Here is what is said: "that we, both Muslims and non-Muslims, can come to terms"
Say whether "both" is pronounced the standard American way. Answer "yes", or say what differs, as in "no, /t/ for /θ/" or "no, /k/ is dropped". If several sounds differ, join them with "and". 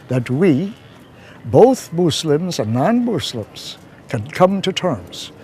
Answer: yes